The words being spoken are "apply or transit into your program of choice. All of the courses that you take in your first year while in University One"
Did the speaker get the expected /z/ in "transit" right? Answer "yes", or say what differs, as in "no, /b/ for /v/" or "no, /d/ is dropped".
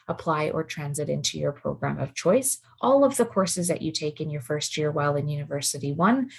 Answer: yes